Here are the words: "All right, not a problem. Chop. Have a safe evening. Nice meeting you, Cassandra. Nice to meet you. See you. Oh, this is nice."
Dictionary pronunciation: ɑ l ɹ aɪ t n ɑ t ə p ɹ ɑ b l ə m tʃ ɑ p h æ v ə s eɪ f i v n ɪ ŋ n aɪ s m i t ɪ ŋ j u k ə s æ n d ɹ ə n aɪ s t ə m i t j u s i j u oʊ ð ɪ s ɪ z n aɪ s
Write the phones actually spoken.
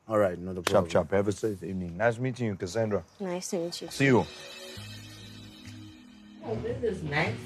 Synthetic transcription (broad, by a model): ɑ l ɹ aɪ t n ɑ ə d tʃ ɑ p tʃ ɑ p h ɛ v ə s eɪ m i n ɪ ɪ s m i t ɪ ŋ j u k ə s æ n d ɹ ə n aɪ s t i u s i j u oʊ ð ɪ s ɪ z n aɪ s